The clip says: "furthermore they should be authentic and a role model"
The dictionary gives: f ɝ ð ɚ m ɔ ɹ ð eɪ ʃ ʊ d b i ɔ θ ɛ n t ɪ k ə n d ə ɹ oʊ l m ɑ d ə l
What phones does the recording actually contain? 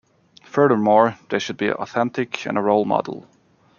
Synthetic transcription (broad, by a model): f ɝ ð ɚ m ɔ ɹ ð eɪ ʃ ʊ d b i ɔ θ ɛ n t ɪ k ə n ə ɹ oʊ l m ɑ d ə l